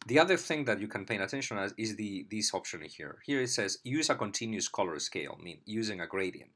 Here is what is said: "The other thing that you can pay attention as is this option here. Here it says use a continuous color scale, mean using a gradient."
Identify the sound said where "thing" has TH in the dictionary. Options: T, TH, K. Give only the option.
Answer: TH